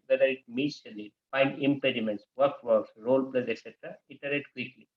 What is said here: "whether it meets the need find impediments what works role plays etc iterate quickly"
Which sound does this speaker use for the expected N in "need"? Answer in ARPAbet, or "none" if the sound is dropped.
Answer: L